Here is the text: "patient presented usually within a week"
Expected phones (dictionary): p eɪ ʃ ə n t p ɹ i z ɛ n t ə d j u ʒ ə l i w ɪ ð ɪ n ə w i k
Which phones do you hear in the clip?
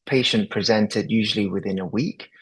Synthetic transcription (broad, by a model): p eɪ ʃ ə n p ɹ i z ɛ n t ə d j u ʒ ə l i w ɪ ð ɪ n ə w i k